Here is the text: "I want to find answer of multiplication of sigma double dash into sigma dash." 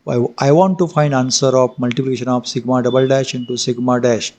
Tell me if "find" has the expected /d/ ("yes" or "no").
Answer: yes